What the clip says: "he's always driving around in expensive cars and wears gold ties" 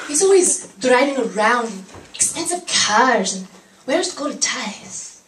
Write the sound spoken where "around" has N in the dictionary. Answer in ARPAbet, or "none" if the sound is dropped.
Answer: N